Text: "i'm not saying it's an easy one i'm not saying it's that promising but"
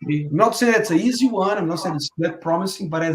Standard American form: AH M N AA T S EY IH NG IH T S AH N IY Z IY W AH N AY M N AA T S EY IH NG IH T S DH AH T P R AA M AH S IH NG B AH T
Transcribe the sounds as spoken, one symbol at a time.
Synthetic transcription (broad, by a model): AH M N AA T S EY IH IH T S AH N IY Z IY W AH N AY M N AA T S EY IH IH T S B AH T P R AA M AH S IH NG B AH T